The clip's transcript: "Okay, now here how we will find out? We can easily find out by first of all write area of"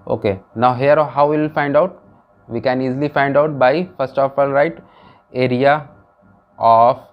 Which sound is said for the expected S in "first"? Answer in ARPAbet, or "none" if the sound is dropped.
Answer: S